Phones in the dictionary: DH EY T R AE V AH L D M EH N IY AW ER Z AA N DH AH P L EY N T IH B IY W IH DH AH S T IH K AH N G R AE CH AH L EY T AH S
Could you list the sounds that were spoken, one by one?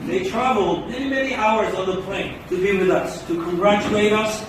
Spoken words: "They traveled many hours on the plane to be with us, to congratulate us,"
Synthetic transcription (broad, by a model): DH EY T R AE V L D M EH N IY AW ER Z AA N DH AH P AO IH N T IH B IY W IH DH AH S T IH K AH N G R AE CH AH L EY T AH S